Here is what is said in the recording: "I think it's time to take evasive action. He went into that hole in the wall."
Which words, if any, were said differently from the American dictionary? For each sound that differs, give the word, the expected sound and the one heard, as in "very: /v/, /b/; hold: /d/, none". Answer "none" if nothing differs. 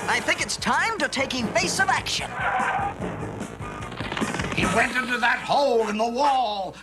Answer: evasive: /v/, /f/; evasive: /z/, /s/